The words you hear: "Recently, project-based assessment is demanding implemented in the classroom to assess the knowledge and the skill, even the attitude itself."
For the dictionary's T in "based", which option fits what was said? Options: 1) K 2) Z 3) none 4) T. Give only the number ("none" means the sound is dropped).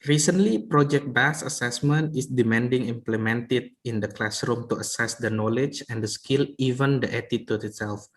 3